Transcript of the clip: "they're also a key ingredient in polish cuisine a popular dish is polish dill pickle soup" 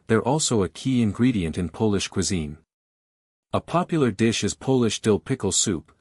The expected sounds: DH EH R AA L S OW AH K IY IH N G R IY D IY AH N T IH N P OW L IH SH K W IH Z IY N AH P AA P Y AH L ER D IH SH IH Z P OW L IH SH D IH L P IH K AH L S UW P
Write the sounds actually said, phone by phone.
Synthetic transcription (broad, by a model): DH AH R AA L S OW AH K IY IH N G R IY D IY AH N T IH N P OW L IH SH K W IH Z IY N AH P AA P Y L ER D IH SH IH Z P OW L IH SH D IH L P IH K L S UW P